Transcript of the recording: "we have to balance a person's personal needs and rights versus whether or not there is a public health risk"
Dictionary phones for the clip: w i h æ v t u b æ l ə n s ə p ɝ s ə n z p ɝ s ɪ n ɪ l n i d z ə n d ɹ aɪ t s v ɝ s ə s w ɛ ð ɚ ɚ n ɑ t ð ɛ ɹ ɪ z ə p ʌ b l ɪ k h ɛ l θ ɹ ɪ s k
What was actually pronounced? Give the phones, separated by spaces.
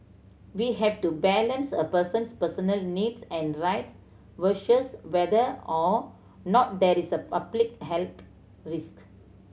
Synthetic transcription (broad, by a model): w i h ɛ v t u b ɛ l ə n s ə p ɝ s ə n s p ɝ s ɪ n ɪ l n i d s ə n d ɹ aɪ t s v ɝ ʃ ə s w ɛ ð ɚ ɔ n ɑ t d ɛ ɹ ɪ s ə p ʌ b l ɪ k h ɛ l t ɹ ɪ s k